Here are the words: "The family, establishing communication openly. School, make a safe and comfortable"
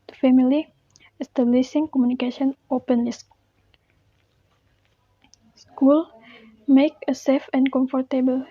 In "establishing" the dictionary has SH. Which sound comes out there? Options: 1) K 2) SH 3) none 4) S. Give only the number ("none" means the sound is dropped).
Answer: 4